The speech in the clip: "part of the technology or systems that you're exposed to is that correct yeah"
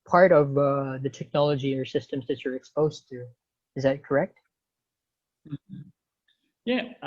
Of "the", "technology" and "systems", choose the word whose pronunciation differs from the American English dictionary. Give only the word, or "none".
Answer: none